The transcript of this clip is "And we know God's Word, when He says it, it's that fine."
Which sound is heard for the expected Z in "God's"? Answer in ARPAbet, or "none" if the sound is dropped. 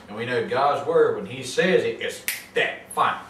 Z